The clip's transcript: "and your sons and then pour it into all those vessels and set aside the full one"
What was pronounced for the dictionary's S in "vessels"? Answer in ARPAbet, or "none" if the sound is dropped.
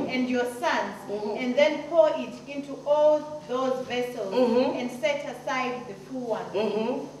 S